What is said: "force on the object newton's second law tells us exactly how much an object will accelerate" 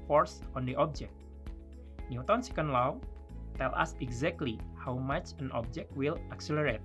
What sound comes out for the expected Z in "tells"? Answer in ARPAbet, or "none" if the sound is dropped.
none